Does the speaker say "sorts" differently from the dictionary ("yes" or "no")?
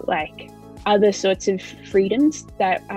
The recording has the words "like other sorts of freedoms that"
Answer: no